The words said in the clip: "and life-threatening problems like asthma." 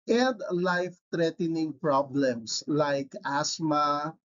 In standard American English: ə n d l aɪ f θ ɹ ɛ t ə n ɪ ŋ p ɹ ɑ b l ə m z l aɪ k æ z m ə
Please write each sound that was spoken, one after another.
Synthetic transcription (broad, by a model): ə n d l aɪ f t ɹ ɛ t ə n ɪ ŋ p ɹ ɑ b l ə m s l aɪ k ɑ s m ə